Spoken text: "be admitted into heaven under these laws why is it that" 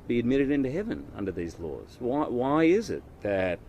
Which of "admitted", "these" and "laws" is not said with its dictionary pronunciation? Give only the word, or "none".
none